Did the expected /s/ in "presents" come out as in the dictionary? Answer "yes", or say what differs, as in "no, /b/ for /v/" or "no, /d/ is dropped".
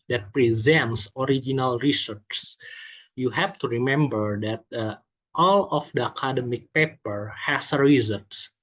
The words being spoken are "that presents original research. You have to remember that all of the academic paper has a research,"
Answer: yes